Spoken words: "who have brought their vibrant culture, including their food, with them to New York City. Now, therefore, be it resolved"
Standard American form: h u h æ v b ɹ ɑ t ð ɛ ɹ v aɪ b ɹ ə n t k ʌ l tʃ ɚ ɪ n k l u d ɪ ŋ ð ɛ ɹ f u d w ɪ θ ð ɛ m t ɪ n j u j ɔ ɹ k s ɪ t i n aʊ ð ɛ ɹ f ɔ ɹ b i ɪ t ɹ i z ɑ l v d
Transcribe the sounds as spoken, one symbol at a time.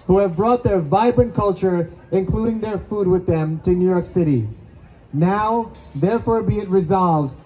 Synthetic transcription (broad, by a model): h u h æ v b ɹ ɑ t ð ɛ ɹ v aɪ b ɹ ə n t k ʌ l tʃ ɚ ɪ n k l u d ɪ ŋ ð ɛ ɹ f u d w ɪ ð ɛ m t ɪ n j u j ɔ ɹ k s ɪ t i n aʊ ð ɛ ɹ f ɔ ɹ b i ɪ t ɹ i z ɑ l v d